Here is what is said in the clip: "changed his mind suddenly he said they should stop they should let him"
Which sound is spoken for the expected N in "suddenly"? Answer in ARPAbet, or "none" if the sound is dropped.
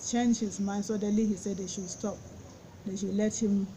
none